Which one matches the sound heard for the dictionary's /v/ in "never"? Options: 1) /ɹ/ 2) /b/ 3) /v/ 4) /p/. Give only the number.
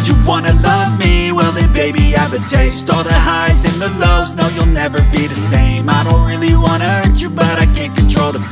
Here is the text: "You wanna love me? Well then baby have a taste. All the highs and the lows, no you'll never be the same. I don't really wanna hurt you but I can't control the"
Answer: 3